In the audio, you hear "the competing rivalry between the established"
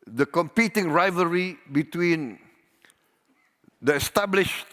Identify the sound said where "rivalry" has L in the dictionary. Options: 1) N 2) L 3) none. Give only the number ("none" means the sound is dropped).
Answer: 3